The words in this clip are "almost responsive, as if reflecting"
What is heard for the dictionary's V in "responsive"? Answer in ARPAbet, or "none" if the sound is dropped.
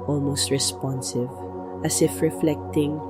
V